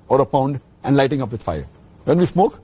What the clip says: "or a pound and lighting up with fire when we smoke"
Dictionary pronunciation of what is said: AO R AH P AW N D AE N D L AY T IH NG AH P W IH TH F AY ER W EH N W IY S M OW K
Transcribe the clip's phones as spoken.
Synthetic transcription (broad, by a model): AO R AH P AW N D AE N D L AY T IH NG AH P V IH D F AY ER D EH N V IY S M OW K